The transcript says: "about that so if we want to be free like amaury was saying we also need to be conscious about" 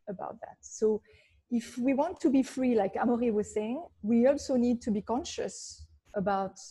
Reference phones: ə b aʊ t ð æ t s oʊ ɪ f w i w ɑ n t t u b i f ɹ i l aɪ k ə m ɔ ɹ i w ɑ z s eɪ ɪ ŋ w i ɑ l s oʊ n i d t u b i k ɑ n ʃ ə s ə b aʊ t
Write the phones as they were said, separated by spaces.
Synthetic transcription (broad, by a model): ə b aʊ t ð æ t s oʊ ɪ f w i w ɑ n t t u b i f ɹ i l aɪ k ə m ɔ ɹ i w ɑ z s eɪ ɪ ŋ w i ɑ l s oʊ n i d t u b i k ɑ n ʃ ə s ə b aʊ t